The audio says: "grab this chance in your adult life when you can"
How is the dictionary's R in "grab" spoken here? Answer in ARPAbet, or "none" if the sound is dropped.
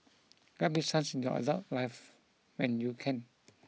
none